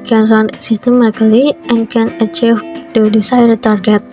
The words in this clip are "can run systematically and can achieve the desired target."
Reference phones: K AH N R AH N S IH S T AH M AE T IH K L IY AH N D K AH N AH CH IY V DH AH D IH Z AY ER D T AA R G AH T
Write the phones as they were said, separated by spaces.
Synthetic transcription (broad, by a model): K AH N R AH N S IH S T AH M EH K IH L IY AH N K AH N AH CH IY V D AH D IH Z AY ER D T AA R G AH T